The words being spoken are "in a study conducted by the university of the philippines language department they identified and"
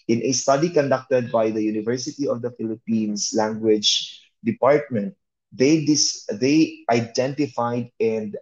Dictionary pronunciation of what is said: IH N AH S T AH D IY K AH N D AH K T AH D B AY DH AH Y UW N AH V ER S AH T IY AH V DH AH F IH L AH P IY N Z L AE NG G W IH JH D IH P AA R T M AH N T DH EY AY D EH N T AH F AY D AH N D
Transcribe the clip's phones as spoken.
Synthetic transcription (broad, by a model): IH N AH S T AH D IY K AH N D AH K T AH D B AY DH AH Y UW N AH V ER S AH T IY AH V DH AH F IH L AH P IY N S L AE NG G W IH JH D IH P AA R T M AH N T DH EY AY D EH N T AH F AY D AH N D